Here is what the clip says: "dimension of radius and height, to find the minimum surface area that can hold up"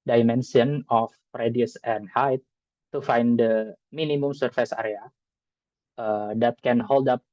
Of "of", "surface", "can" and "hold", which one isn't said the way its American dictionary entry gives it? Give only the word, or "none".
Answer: of